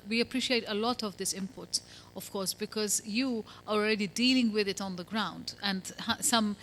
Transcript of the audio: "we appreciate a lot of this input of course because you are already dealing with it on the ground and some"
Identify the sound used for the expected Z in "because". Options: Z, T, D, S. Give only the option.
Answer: Z